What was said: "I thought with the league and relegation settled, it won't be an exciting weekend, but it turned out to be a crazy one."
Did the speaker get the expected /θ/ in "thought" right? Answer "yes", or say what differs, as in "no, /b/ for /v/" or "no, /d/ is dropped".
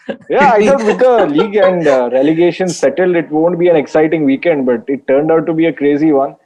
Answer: no, /s/ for /θ/